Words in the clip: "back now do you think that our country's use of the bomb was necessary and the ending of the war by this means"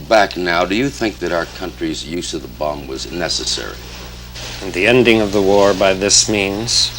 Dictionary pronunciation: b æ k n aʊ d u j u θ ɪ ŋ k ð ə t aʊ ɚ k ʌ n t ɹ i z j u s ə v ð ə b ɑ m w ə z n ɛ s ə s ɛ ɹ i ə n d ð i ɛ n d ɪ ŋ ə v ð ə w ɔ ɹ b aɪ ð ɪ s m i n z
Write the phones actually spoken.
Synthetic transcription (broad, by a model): b æ k n aʊ d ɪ j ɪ θ ɪ ŋ k ð ə t aʊ ɚ k ʌ n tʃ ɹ i z j u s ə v ð ə b ɑ m w ə z n ɛ s ə s ɛ ɹ i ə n ð i ɛ n d ɪ ŋ ə v ð ə w ɔ ɹ b aɪ ð ɪ s m i n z